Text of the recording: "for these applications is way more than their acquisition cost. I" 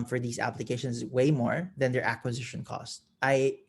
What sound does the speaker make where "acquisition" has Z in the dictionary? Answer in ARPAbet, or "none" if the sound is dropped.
Z